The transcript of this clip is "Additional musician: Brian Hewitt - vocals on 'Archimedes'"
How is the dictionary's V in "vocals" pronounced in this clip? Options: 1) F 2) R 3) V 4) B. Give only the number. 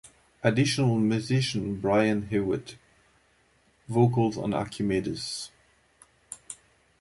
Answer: 3